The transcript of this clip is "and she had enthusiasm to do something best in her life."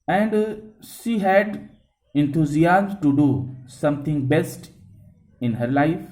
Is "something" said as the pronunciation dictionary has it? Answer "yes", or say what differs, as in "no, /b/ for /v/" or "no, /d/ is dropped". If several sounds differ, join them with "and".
no, /t/ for /θ/